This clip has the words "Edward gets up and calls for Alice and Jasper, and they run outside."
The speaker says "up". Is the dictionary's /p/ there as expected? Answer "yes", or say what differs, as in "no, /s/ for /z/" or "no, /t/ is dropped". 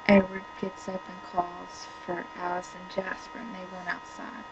yes